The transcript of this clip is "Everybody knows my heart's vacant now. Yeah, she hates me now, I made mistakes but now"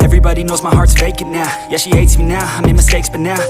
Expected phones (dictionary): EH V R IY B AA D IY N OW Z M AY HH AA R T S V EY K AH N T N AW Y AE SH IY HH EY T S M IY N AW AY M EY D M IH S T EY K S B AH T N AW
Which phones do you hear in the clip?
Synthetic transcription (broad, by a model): EH V R IY B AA D IY N OW Z M AY HH AA R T V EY K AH T N AW Y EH SH IY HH EY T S M IY N AW AY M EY M IH S T EY K S B AH T N AW